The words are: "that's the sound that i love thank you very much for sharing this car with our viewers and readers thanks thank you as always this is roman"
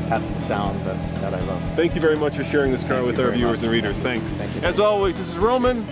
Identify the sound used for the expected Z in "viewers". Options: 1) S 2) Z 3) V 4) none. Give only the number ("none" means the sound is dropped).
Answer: 2